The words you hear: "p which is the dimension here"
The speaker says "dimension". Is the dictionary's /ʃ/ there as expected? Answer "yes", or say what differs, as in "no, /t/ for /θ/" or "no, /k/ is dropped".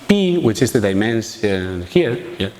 no, /s/ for /ʃ/